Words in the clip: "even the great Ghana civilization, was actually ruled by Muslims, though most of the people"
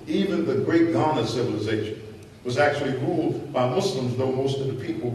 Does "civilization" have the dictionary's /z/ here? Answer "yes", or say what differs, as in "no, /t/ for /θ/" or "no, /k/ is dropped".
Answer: yes